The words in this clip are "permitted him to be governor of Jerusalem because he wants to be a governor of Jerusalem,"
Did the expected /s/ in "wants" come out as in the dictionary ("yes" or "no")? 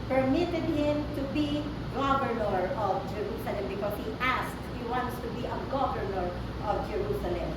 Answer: yes